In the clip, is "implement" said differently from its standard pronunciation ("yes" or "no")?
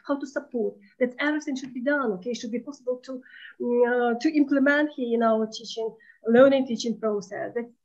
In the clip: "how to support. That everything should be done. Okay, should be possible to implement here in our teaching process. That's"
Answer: no